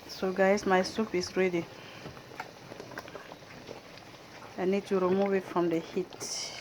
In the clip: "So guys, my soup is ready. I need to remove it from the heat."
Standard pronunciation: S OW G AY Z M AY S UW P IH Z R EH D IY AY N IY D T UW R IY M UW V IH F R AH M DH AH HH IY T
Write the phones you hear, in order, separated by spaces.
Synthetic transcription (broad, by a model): S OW G AY S M AY S UW P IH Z R EH D IY AY N IY D T UW R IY M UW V IH F R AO M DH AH HH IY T